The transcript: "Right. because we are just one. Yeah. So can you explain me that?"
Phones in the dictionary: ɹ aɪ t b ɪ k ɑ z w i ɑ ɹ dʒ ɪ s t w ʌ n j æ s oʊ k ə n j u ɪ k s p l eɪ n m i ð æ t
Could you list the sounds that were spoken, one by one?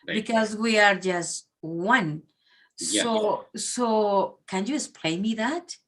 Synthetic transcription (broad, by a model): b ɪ k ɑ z w i ɑ ɹ dʒ ɪ s t w ʌ n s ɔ s oʊ k ə n j u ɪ s p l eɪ m i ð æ t